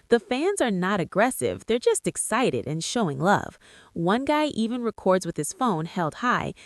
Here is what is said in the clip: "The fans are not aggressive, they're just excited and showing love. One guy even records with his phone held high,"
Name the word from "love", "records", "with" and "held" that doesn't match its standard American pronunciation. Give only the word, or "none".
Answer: none